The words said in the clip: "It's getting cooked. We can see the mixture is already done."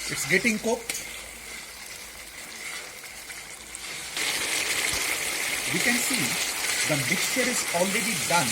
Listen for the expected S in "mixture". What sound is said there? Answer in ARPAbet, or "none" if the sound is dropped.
S